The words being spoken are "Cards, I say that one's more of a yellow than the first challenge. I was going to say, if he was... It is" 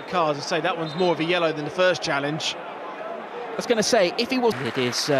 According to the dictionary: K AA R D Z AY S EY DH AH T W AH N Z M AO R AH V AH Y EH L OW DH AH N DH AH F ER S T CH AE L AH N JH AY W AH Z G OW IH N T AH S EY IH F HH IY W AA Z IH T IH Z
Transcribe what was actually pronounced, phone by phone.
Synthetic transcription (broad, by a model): K AA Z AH S EY DH AH T W AH N Z M AO R AH V AH Y EH L OW DH AH N DH AH F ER S CH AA L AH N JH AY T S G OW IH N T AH S EY IH F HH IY W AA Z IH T IH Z